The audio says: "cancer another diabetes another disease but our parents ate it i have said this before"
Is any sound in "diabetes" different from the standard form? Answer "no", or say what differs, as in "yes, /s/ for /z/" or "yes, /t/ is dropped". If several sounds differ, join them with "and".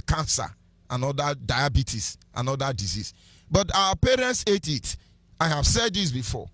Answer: yes, /s/ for /z/